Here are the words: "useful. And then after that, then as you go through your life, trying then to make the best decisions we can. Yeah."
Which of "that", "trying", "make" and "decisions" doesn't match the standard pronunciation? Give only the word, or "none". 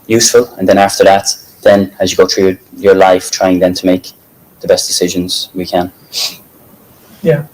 none